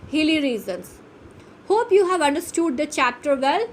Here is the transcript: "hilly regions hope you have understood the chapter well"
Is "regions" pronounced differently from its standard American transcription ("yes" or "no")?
yes